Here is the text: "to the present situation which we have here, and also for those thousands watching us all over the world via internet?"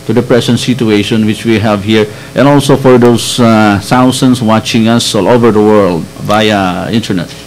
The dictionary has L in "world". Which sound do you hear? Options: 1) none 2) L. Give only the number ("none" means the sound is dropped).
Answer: 2